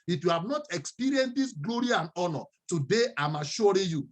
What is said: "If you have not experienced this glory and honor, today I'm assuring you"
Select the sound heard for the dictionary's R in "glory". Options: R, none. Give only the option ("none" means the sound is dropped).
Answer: R